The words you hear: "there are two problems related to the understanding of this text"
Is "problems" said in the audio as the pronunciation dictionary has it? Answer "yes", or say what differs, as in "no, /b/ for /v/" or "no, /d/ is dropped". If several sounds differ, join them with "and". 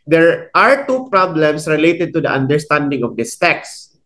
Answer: no, /s/ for /z/